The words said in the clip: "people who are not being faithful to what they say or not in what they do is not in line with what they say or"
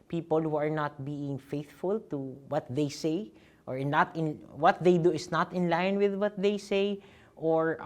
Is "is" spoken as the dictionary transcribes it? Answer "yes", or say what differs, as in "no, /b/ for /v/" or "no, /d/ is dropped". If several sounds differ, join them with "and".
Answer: no, /s/ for /z/